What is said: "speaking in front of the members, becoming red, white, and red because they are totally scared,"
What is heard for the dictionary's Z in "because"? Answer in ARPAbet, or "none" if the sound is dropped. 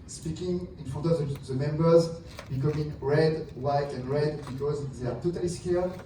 Z